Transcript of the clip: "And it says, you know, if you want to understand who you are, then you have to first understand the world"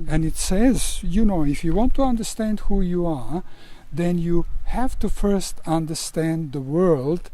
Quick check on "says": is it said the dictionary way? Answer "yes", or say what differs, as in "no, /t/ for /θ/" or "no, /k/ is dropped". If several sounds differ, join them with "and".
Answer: yes